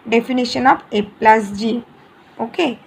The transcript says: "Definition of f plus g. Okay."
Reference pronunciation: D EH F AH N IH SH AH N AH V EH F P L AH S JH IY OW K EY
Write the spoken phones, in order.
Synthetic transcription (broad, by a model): D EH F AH N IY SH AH N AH B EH P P L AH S JH IY OW K EY